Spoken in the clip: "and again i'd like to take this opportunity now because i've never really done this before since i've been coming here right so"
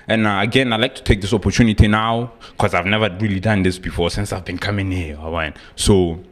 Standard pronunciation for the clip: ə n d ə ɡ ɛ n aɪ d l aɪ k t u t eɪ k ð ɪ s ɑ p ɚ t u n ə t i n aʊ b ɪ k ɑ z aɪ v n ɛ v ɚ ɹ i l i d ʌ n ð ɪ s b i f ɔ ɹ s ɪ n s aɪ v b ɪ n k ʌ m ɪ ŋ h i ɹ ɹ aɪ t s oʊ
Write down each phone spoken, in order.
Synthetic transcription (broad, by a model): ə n ə ɡ ɛ n aɪ l aɪ k t u t eɪ k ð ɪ s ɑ p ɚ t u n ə t i n aʊ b k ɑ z aɪ v n ɛ v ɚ ɹ i l i d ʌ n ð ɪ s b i f ɔ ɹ s ɪ n s aɪ v b ɪ n k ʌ m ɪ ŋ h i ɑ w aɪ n s oʊ